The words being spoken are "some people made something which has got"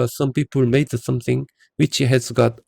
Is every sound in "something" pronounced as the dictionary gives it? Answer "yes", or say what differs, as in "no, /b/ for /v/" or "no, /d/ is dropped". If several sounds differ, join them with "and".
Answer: no, /t/ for /θ/